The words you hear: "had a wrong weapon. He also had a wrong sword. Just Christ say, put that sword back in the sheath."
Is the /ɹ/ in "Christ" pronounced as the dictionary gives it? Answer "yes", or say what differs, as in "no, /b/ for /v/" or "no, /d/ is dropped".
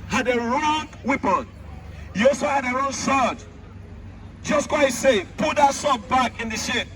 no, /w/ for /ɹ/